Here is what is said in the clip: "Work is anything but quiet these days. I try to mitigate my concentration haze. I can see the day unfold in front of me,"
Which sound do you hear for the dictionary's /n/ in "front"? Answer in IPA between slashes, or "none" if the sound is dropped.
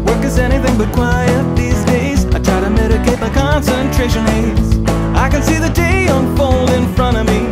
none